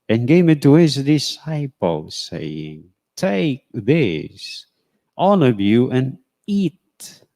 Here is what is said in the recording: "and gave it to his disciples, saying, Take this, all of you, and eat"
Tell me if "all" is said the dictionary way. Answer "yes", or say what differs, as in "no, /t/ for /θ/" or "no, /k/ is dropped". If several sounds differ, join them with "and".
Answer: no, /n/ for /l/